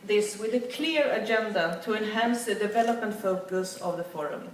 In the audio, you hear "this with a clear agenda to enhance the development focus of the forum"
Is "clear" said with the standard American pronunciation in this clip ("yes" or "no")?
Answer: yes